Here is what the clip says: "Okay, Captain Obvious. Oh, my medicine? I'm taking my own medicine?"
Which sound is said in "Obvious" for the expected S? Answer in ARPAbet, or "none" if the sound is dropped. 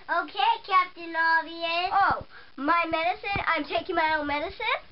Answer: none